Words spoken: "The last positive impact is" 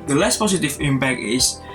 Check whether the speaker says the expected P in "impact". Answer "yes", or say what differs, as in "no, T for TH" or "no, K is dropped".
no, B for P